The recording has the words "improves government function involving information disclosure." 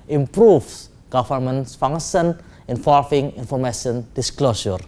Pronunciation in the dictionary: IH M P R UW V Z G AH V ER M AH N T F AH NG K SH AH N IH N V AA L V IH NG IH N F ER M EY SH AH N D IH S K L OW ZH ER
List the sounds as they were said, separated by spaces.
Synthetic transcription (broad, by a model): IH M P R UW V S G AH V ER M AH N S F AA NG SH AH N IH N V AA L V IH NG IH N F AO M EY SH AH N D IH S K L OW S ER